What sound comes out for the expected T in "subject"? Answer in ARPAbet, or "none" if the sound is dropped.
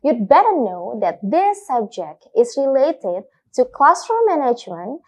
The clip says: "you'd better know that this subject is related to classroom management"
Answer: T